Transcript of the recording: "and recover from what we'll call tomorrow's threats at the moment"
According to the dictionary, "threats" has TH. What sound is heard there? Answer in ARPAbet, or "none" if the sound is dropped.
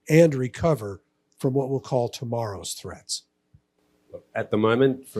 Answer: TH